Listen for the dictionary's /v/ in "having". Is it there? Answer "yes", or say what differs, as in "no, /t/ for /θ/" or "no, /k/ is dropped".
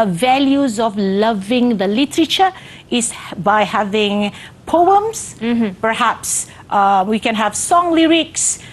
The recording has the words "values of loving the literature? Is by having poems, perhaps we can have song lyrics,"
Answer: yes